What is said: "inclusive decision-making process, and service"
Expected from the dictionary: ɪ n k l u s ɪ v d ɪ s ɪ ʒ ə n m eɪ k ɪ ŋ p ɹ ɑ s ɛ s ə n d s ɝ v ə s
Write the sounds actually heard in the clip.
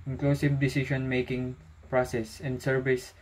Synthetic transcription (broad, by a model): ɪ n k l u s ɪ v d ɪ s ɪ ʃ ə n m eɪ k ɪ ŋ p ɹ ɑ s ɛ s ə n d s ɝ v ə s